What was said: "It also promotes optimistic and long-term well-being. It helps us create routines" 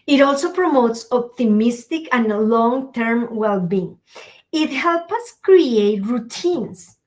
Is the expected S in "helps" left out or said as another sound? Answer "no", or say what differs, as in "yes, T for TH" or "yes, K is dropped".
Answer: yes, S is dropped